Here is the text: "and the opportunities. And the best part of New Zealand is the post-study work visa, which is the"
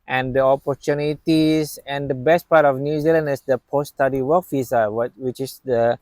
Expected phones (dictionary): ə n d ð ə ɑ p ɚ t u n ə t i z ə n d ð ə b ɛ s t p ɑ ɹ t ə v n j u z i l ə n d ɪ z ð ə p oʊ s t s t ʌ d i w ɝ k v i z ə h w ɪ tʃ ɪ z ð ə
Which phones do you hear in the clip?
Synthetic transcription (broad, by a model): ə n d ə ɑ p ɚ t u n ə t i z ə n d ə b ɛ s t p ɑ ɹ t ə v n j u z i l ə n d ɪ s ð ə p oʊ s s t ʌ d i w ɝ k f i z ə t w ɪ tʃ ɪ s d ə